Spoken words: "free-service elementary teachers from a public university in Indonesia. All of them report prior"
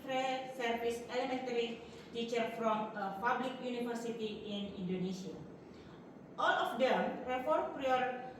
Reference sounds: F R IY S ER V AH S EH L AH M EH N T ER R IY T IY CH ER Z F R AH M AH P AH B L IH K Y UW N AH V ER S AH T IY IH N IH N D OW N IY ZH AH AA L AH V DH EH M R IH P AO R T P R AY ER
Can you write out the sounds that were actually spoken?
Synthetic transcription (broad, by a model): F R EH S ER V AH S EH L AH M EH N T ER R IY T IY CH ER F R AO M AH P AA B L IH K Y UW N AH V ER S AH T IY IH N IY N D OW N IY S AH AA L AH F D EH M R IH F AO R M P R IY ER